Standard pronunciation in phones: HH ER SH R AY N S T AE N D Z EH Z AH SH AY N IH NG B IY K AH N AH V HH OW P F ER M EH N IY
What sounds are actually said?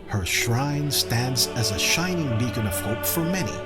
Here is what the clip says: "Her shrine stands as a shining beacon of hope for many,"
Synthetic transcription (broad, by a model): HH ER SH R AY N S T AE N D Z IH Z AH SH AY N IH NG B IY K AH N AH V HH OW P F ER M EH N IY